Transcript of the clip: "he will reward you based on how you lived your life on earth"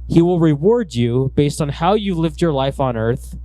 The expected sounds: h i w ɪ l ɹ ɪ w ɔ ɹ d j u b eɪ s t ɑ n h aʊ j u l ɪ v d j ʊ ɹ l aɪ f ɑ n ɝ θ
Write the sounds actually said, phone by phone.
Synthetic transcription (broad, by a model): h i w ɪ l ɹ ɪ w ɔ ɹ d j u b eɪ s t n h aʊ j u l ɪ v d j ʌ ɹ l aɪ f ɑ n ɝ θ